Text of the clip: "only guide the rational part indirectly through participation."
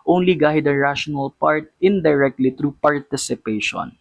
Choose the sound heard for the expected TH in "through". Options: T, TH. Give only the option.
T